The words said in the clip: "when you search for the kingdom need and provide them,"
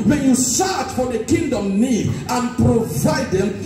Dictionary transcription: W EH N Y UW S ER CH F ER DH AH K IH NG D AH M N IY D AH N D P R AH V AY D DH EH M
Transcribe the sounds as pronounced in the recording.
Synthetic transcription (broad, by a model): W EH N Y UW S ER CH F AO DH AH K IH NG D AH M N IY D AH N P R AH V AY D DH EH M